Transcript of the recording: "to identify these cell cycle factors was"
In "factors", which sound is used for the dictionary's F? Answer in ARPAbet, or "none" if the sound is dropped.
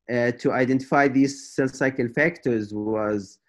F